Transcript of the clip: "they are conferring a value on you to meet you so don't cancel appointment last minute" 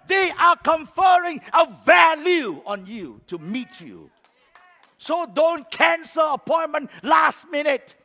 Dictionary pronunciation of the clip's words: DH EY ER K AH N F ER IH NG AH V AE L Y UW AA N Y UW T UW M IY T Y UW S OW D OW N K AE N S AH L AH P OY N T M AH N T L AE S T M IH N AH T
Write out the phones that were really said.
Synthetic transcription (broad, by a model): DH EY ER K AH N F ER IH NG AH V AE L Y UW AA N Y UW T UW M IY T Y UW S OW D OW N K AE N S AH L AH P OY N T M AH N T L AE S T M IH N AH T